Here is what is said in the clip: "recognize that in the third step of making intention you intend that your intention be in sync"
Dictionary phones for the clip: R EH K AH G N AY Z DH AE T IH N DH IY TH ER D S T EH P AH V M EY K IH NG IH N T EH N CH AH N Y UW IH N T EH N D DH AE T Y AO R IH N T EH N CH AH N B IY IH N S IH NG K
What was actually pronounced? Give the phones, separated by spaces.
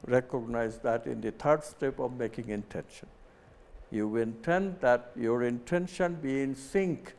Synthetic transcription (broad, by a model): R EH K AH G N AY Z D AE T IH N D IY T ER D S T EH P AH V M EY K IH NG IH N T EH N SH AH N Y UW IH N T EH N D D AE T Y AO R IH N T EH N SH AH N B IY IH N S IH NG K